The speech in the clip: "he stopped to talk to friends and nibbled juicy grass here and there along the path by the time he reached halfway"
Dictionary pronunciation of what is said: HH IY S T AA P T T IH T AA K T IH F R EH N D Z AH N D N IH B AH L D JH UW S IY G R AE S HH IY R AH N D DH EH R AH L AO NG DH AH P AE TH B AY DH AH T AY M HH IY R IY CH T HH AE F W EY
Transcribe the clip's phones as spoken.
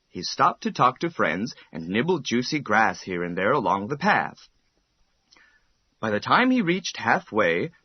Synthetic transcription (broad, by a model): HH IY S T AA P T T IH T AA K T IH F R EH N D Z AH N N IH B L D JH UW S IY G R AE S HH IY R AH N DH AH R AH L AO NG DH AH P AE TH B AY DH AH T AY M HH IY R IY CH T HH AE F W EY